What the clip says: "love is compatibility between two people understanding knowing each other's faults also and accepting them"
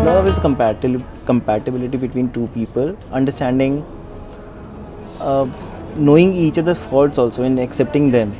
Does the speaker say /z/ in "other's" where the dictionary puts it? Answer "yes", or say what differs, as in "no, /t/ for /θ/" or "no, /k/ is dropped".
no, /z/ is dropped